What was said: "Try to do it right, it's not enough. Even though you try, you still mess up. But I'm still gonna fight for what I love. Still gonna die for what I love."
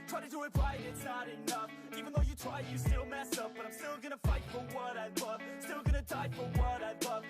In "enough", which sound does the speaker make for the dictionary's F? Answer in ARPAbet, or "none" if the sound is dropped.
F